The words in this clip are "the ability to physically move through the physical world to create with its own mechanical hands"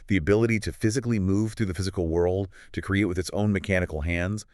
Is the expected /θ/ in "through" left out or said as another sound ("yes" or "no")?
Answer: no